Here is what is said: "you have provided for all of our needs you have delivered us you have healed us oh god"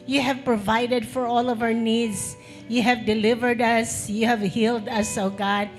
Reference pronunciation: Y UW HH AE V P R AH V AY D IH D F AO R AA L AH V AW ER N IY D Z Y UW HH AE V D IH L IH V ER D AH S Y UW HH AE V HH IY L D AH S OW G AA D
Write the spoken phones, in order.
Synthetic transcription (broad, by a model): Y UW HH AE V P R AH V AY D IH D F AO R AA L AH V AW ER N IY D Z Y UW HH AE V D IH L IH V ER D AH S Y UW HH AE V HH IY L D AH S OW G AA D